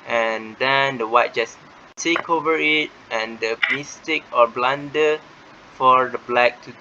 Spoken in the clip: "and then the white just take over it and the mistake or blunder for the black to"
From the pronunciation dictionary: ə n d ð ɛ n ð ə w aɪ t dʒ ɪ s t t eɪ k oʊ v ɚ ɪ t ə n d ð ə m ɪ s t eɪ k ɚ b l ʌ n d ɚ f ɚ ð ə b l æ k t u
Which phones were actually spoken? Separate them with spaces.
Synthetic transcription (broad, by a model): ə n d ɛ n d ə w aɪ t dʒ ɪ s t t eɪ k oʊ v ɚ ɪ t ə n d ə m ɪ s t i k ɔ b l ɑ n d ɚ f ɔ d ə b l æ k t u